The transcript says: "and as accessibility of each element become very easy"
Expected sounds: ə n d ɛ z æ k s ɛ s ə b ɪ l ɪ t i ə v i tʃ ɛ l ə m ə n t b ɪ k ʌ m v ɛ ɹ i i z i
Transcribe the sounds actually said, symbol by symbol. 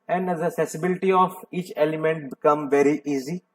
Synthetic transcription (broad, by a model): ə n d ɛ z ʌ s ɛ s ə b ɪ l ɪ t i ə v i tʃ ɛ l ə m ə n t b ɪ k ʌ m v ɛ ɹ i i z i